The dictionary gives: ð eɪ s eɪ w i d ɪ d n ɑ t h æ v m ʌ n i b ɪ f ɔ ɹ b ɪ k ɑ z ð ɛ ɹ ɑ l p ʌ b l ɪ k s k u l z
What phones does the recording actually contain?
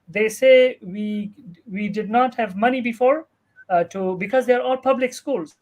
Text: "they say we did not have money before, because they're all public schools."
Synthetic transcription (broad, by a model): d eɪ s eɪ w i d ɪ d n ɑ t h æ v m ʌ n i b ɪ f ɔ ɹ b ɪ k ɑ z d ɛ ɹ ɑ l p ʌ b l ɪ k s k u l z